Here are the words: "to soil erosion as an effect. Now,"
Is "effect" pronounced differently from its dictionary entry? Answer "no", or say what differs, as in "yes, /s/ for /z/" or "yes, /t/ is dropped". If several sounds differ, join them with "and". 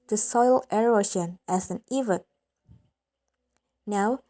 yes, /k/ is dropped